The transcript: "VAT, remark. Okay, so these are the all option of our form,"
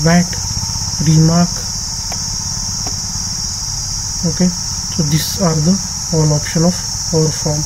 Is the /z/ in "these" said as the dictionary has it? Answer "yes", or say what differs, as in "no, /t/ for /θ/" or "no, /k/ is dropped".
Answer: no, /s/ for /z/